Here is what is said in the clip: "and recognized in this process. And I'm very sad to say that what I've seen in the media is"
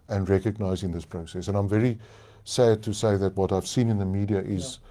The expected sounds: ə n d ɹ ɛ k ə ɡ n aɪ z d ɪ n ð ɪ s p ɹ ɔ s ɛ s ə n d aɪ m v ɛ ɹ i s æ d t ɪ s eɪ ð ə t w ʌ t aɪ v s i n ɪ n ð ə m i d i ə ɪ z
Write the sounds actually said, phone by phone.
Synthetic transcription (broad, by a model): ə n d ɹ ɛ k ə ɡ n aɪ z ɪ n ð ɪ s p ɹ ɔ s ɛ s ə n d aɪ m v ɛ ɹ i s æ d t ɪ s eɪ ð ə t w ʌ t aɪ v s i n ɪ n ð ə m i d i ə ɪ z